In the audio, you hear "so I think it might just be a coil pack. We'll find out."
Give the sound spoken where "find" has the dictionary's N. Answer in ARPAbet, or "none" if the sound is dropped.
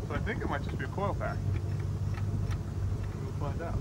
none